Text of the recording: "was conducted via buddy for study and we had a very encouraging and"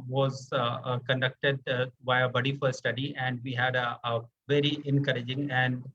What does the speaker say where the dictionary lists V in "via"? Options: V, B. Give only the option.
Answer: B